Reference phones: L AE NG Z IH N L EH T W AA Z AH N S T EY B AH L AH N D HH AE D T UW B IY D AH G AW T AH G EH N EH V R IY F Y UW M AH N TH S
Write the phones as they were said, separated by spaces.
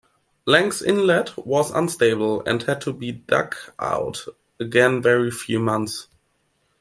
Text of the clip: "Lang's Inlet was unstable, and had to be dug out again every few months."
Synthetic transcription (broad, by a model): L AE NG S IH N L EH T W AA Z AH N S T EY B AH L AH N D HH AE D T UW B IY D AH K AW T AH G EH N EH R IY F Y UW M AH N TH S